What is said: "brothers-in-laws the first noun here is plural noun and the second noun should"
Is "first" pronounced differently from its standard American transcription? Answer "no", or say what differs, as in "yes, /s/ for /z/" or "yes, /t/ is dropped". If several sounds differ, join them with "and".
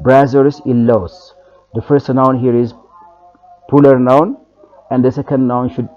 no